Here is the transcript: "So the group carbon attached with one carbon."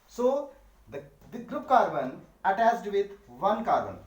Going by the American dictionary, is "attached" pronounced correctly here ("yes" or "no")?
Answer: no